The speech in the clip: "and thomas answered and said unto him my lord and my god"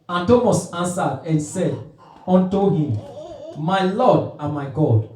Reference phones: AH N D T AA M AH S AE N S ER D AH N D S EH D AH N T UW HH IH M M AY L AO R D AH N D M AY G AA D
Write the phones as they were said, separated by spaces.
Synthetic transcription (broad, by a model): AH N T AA M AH S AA N S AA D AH N S EH D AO N T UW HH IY M M AY L AO D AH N M AY G AA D